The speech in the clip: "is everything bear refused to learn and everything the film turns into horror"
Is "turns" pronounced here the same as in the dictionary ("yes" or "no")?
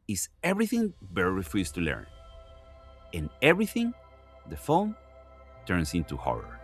no